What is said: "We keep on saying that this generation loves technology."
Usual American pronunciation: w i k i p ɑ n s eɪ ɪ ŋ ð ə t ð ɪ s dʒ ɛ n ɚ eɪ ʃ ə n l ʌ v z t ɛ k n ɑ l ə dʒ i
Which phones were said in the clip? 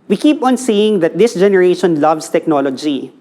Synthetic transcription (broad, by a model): w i k i p ɑ n s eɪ ɪ ŋ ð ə t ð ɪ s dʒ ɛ n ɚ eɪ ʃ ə n l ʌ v s t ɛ k n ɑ l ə dʒ i